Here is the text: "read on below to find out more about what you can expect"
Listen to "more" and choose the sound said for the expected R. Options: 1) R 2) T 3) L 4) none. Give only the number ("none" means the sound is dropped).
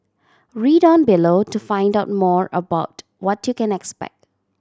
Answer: 1